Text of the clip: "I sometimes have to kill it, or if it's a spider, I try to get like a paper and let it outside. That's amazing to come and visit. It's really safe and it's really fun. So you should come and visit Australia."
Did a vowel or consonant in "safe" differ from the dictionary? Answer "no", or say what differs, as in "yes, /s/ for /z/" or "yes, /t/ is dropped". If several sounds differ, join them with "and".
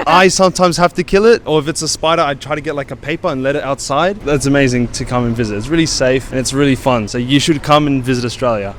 no